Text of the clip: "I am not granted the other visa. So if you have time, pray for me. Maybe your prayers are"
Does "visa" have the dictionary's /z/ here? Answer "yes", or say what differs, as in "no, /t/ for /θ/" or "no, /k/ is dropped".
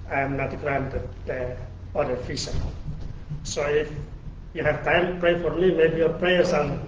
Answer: no, /s/ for /z/